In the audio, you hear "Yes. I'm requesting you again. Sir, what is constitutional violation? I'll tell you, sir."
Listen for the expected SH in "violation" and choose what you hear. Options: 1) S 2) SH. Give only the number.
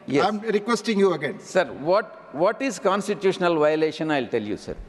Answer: 2